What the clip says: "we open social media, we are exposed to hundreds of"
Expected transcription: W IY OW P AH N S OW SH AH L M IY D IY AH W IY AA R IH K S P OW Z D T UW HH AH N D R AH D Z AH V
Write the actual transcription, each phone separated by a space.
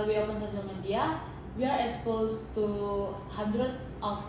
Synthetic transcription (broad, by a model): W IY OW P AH N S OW S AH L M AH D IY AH W IY AA R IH K S P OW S T UW HH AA N D R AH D S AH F